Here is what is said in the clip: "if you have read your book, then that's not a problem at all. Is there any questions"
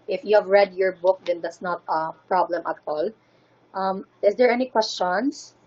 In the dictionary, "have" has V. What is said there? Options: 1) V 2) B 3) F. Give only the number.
1